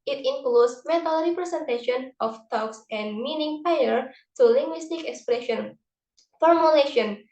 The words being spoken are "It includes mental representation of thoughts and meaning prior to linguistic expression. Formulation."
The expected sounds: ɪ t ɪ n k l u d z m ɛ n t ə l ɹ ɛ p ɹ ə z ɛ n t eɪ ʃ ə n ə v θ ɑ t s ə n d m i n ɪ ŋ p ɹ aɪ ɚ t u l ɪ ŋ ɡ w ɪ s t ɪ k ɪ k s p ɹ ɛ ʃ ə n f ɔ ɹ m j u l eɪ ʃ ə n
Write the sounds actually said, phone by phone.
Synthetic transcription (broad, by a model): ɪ t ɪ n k l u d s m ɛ t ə l ɹ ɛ p ɹ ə s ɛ n t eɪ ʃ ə n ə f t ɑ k s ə n m i n ɪ ŋ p aɪ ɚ t u l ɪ ŋ ɡ w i s t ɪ k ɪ k s p ɹ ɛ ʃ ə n f ɔ ɹ m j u l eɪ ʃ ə n